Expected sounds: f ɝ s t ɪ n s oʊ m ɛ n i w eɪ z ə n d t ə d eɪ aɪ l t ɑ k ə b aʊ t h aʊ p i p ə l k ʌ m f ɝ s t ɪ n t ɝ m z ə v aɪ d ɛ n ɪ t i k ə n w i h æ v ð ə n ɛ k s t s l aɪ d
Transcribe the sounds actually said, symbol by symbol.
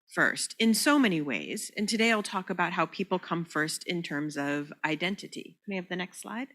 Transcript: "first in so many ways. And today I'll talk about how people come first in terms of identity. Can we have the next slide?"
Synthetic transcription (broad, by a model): f ɝ s t ɪ n s oʊ m ɛ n i w eɪ z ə n t ə d eɪ aɪ l t ɑ k ə b aʊ t h aʊ p i p l k ʌ m f ɝ s t ɪ n t ɝ m z ə v aɪ d ɛ n t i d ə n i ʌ v ð ə n ɛ k s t s l aɪ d